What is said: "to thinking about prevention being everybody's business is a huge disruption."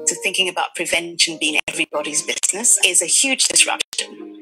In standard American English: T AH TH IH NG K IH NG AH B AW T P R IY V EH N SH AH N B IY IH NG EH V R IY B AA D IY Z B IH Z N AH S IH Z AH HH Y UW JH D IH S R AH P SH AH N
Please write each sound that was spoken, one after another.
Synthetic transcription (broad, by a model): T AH TH IH NG K IH NG AH B AW T P R IY V EH N SH AH N B IY IH NG EH V R IY B AA D IY Z B IH Z N AH S IH Z AH HH Y UW JH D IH S R AH P SH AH N